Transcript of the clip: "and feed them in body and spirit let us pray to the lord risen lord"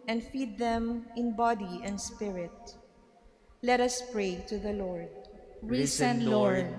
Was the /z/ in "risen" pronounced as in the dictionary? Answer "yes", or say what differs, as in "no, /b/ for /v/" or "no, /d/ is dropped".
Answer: no, /s/ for /z/